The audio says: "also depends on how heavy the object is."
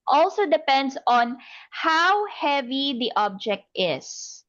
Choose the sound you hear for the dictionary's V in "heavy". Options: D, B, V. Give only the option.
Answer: V